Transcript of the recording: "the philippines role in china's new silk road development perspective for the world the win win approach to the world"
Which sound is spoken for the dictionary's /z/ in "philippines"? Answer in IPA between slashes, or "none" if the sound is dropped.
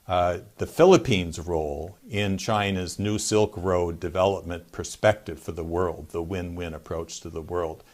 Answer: /z/